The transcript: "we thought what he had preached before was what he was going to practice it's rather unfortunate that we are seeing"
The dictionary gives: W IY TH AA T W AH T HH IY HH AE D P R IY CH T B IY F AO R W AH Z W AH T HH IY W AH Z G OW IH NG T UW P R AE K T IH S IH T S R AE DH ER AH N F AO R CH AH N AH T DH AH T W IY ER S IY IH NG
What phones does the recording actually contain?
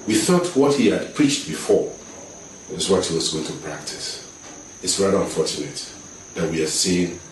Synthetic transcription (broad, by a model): W IY TH AA T W AH T HH IY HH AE D P R IY CH T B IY F AO R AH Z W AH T HH IY W AH Z G OW IH NG T UW P R AE K T IH S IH T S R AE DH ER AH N F AO R CH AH N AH T DH AH T W IY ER S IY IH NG